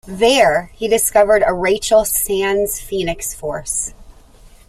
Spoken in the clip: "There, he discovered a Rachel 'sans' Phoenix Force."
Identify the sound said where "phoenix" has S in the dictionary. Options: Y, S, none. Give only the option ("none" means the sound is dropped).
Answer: S